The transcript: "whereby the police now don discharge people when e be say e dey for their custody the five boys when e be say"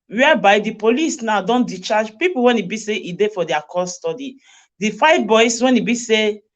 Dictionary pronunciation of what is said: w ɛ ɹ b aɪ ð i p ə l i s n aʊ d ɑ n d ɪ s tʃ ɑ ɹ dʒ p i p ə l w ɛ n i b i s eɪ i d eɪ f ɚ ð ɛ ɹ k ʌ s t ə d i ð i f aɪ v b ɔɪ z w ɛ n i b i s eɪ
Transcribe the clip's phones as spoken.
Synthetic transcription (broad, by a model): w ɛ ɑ b aɪ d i p ə l i s n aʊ d ɑ n d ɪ tʃ ɑ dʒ p i p ə l w ɛ n i b i s eɪ i d eɪ f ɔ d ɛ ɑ k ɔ s t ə d i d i f aɪ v b ɔɪ s w ɛ n i b i s eɪ